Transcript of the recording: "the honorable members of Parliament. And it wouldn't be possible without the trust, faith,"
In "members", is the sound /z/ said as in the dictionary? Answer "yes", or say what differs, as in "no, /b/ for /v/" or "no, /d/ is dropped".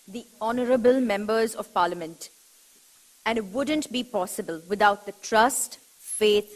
yes